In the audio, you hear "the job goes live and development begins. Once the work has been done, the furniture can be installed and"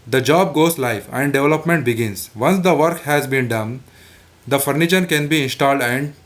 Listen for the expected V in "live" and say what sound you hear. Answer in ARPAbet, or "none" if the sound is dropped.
F